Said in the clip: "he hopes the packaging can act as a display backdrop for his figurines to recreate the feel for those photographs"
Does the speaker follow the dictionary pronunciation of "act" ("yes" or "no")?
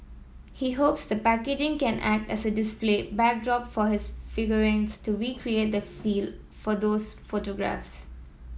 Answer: yes